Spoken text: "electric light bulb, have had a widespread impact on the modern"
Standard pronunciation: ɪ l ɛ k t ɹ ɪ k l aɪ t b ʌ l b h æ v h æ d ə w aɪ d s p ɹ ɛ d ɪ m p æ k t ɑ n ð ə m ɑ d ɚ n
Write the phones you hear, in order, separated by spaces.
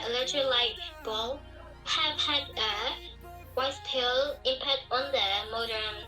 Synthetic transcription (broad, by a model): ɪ l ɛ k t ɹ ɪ l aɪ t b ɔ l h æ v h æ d ə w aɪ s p ɛ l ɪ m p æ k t ɑ n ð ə m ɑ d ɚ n